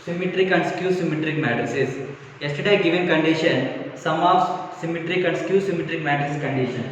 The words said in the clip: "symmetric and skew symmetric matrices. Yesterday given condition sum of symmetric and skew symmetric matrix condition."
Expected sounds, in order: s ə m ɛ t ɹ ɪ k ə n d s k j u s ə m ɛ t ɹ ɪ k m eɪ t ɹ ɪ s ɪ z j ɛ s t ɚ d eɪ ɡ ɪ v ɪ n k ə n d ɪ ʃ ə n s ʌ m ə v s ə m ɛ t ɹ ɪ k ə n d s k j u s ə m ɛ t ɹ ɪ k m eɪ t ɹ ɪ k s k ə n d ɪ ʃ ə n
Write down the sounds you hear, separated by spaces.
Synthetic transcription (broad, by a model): s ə m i t ɹ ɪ k ə n d s k j u s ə m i t ɹ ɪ k m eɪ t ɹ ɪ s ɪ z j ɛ s t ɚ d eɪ ɡ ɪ v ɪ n k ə n d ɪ ʃ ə n s ʌ m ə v s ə m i t ɹ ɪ k ə n d s k j u s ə m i t ɹ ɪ k m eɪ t ɪ s k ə n d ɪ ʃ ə n